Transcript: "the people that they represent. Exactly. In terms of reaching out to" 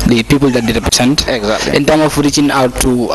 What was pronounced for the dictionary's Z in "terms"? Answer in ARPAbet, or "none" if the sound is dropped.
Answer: none